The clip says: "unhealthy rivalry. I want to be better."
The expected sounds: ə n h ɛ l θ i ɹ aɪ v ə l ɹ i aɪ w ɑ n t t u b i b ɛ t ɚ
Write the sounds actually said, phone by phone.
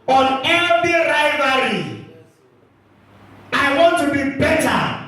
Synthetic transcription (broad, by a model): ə n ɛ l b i ɹ aɪ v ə ɹ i aɪ w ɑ n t t u b i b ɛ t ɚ